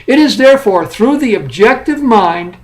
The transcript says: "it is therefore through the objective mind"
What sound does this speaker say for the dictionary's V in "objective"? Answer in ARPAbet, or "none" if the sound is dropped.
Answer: V